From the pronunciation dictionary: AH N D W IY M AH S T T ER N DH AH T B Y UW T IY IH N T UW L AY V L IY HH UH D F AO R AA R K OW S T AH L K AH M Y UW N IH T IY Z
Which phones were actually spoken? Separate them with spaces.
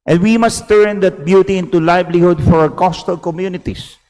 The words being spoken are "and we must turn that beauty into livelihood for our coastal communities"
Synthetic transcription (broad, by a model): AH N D W IY M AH S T T ER N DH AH T B Y UW T IY IH N T UW L AY B L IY HH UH D F AO R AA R K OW S T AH L K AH M Y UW N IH T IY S